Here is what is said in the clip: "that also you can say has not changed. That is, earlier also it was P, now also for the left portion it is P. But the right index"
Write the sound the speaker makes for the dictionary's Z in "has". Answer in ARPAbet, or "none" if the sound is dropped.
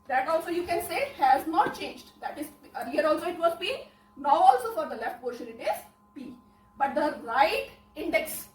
Z